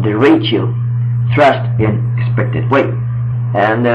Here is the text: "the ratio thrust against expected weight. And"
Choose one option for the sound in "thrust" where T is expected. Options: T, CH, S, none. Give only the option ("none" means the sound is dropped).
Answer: T